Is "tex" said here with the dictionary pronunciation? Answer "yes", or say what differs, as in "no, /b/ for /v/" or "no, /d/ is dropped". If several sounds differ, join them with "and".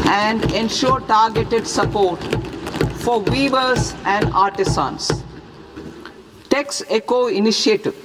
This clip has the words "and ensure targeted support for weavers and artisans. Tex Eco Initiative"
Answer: yes